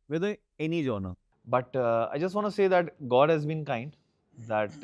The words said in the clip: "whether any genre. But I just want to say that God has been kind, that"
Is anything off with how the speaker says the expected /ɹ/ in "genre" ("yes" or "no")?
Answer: yes